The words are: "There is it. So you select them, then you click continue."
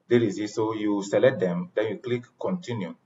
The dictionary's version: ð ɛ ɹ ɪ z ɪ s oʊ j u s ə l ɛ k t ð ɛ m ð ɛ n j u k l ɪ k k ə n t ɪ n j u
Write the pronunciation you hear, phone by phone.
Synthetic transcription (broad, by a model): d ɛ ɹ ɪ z ɪ s oʊ j u s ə l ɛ t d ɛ m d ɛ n j u k l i k k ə n t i n j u